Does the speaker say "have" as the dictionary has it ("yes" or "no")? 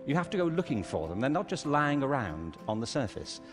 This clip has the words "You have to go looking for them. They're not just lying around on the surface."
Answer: no